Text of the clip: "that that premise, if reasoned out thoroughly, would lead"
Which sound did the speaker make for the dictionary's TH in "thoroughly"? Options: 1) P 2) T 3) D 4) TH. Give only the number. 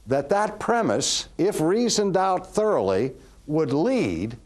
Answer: 4